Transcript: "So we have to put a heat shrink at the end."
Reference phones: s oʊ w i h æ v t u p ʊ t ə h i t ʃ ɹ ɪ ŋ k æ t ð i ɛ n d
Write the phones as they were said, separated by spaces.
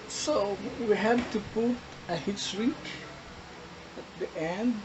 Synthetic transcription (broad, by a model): s oʊ w i h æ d t u p ʊ t ə h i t s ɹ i k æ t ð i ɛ n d